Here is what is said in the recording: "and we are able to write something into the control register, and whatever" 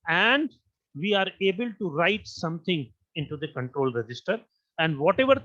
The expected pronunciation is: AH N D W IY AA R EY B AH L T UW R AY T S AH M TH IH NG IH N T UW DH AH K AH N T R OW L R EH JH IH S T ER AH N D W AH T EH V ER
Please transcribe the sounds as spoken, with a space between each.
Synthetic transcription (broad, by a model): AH N D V IY AA R EY B AH L T UW R AY T S AH M T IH NG IH N T UW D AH K AH N T R OW L R EH JH IH S T ER AH N D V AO T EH V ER